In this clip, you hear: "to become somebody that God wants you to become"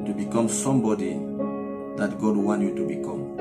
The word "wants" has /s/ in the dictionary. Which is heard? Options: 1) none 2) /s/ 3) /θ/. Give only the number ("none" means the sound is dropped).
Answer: 1